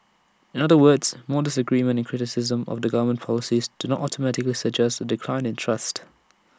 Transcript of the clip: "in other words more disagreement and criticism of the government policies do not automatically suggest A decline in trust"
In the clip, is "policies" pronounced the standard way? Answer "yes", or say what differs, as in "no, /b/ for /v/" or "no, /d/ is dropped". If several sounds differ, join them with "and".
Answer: yes